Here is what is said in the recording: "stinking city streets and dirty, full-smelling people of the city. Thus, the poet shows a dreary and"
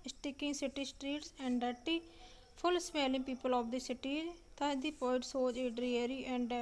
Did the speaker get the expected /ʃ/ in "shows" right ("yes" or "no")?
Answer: no